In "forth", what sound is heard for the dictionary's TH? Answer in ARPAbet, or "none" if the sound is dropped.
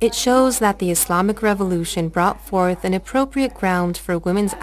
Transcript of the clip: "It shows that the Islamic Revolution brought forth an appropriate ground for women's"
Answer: TH